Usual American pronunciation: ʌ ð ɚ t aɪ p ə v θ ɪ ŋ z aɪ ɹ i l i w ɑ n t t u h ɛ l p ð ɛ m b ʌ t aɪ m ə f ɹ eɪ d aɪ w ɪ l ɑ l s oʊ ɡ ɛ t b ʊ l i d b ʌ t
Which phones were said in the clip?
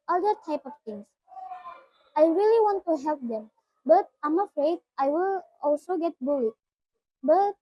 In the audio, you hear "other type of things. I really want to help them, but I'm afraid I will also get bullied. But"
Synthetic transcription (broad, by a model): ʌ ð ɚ t aɪ p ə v t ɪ ŋ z aɪ ɹ i l i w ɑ n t t u h ɛ l p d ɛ m b ʌ t aɪ m ə f ɹ eɪ d aɪ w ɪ l ɑ l s oʊ ɡ ɛ t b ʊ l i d b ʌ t